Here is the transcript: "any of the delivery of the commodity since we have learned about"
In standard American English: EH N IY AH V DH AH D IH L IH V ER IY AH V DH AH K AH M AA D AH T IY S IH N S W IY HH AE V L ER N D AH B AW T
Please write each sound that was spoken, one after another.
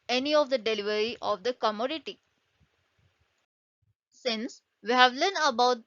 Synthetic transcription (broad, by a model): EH N IY AH V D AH D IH L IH V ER IY AH V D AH K AH M AA D AH T IY S IH N S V IY HH AE V L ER N AH B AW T